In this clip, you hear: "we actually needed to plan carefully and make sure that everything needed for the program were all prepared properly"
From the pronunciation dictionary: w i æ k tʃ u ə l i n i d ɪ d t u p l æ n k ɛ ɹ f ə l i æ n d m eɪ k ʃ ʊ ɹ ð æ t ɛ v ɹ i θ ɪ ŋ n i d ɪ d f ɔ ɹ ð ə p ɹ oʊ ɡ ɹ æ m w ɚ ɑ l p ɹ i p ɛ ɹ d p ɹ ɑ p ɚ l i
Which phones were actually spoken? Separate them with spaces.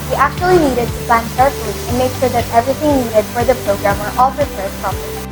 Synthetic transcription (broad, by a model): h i æ k tʃ u ə l i n i d ɪ d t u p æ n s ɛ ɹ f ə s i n m eɪ k ʃ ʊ ɹ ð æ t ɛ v ɹ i t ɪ ŋ n i d ɪ d f ɔ ɹ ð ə p ɹ oʊ ɡ ɹ æ m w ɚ ɑ l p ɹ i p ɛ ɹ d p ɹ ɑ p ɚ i